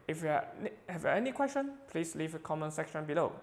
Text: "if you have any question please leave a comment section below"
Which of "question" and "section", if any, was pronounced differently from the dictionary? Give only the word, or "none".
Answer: none